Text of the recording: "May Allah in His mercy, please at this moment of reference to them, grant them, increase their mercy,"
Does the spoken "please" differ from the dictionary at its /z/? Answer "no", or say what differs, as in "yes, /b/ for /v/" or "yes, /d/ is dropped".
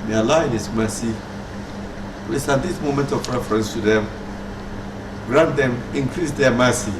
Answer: yes, /s/ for /z/